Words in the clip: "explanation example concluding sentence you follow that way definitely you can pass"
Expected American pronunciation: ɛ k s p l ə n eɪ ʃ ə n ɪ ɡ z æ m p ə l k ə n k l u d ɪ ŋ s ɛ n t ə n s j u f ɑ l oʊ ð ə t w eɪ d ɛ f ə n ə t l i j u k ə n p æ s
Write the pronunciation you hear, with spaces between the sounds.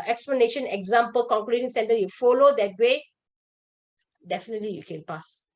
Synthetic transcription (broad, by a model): ɛ k s p l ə n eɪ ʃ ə n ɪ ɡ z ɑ m p ə l k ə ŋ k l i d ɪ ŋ s ɛ n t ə j u f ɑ l oʊ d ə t w eɪ d ɛ f ə n ə t l i j u k ə n p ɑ s